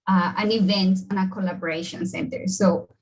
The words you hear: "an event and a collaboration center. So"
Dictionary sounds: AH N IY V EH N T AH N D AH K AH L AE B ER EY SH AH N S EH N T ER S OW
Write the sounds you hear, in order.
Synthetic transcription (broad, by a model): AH N IY V EH N T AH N AH K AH L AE B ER EY SH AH N S EH N T ER S OW